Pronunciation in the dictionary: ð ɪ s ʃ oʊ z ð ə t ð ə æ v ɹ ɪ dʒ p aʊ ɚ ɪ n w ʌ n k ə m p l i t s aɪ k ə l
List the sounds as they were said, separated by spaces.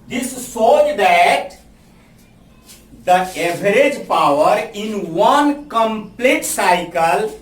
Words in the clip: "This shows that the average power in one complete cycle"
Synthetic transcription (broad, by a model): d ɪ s s oʊ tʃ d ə t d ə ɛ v ɹ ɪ dʒ p aʊ ɚ ɪ n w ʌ n k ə m p l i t s aɪ k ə l